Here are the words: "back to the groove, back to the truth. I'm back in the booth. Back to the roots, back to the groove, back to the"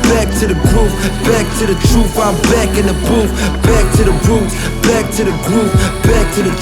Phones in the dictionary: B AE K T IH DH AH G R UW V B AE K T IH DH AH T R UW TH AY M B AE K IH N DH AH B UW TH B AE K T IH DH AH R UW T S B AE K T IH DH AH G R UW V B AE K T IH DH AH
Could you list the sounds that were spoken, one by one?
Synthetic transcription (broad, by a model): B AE K T IH DH AH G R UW P B AE K T IH DH AH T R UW F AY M B AE K IH N DH AH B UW F B AE K T IH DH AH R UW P B AE K T IH DH AH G R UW P B AE K T IH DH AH